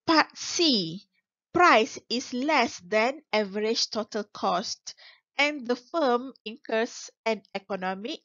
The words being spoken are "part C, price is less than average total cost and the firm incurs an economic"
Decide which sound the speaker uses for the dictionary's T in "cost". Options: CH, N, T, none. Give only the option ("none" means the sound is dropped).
T